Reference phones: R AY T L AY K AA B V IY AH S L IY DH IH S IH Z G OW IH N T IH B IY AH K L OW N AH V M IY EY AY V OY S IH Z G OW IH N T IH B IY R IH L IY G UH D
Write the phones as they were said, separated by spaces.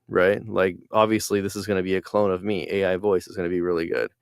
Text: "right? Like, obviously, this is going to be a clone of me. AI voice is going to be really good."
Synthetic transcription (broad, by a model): R AY T L AY K AA B V IY AH S L IY DH IH S IH Z G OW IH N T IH B IY AH K L OW N AH V M IY EY AY V OY S IH Z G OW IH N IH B IY R IH L IY G UH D